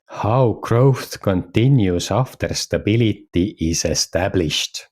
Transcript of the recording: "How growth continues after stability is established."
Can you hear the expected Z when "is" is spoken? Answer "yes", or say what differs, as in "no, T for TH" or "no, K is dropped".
no, S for Z